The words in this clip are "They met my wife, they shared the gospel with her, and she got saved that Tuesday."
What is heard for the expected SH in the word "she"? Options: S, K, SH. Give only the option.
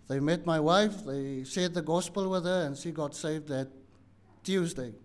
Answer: SH